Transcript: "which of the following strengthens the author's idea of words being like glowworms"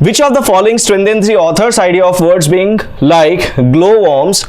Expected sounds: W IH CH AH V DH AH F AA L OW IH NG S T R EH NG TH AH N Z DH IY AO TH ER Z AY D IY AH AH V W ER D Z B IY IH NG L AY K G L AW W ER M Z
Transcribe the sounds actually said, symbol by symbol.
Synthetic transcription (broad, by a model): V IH CH AH V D AH F AA L OW IH NG S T R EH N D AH N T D IY AO T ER S AY D IY AH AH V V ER D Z B IY IH NG L AY K G L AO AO M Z